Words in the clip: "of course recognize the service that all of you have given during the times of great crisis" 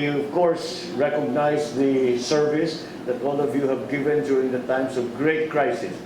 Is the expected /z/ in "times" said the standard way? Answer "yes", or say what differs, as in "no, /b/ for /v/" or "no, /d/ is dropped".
no, /s/ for /z/